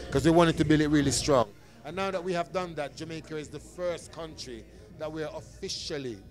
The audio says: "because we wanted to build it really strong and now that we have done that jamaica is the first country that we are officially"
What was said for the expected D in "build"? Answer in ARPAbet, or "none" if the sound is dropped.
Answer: none